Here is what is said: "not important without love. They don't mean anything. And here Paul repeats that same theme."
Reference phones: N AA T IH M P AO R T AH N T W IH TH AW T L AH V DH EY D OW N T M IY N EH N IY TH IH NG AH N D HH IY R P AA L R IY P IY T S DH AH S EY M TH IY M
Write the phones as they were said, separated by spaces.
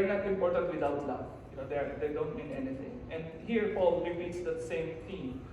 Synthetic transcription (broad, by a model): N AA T IH M P AO R T AH N T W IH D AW T L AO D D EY D OW N T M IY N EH N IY T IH NG AH N D HH IY R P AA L R IY P IY T S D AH S EY M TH IY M